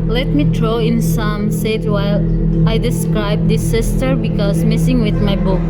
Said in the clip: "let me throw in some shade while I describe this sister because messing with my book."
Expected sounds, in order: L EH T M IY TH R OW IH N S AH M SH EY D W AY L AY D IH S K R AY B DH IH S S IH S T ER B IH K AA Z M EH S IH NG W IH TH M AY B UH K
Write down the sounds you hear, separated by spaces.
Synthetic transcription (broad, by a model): L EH T M IY T R OW IH N S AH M S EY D W AY L AY D IH S K R AY B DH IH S S IH S T ER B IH K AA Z M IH S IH NG W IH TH M AY B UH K